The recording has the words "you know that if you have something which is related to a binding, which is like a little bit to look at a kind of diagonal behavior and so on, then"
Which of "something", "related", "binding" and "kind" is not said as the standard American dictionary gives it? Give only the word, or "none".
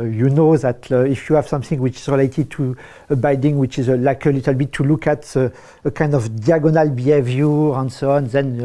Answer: binding